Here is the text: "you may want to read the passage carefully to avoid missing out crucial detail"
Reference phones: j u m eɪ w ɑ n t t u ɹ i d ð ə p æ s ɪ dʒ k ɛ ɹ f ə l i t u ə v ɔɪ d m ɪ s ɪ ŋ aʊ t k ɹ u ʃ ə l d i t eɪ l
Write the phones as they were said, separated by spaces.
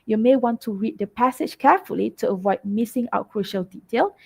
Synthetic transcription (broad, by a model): j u m eɪ w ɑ n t t u ɹ i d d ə p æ s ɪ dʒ k ɛ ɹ f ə l i t u ə v ɔɪ d m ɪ s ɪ ŋ aʊ t k ɹ u ʃ ə l d i t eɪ l